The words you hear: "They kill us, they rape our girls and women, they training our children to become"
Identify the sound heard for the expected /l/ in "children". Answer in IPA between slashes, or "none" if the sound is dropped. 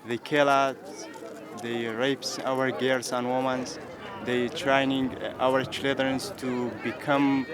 none